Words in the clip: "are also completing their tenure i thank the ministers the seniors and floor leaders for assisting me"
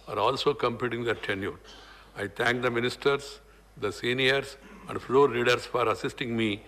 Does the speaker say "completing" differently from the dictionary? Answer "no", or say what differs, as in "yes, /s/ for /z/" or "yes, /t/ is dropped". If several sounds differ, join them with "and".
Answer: yes, /l/ is dropped